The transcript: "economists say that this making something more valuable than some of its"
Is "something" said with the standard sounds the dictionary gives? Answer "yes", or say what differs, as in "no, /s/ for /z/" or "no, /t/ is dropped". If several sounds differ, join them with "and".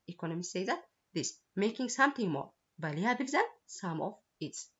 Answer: no, /t/ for /θ/